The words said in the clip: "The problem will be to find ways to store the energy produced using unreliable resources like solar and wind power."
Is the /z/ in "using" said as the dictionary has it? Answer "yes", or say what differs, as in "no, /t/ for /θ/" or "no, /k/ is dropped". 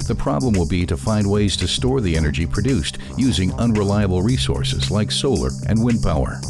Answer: yes